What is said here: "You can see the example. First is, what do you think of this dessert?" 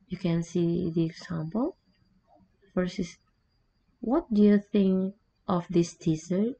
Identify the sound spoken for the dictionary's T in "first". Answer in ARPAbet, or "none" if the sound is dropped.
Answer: none